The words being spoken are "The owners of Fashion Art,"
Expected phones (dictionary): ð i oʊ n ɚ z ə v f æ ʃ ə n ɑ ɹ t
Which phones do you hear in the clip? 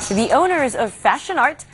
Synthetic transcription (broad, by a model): ð i oʊ n ɚ z ə v f æ ʃ ə n ɑ ɹ t